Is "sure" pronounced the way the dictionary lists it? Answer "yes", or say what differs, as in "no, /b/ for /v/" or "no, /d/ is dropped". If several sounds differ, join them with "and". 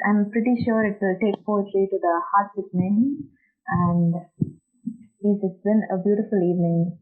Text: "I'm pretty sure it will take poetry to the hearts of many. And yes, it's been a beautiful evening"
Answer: yes